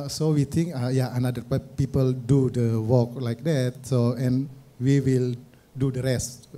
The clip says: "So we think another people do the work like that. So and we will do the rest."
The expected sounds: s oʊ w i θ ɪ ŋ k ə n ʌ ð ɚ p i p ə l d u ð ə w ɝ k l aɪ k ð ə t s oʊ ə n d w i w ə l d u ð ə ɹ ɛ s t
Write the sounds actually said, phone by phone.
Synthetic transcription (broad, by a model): s oʊ w i t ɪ ŋ k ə n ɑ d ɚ p i p ə l d u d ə w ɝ k l aɪ k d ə t s oʊ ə n w i w ə l d u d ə ɹ ɛ s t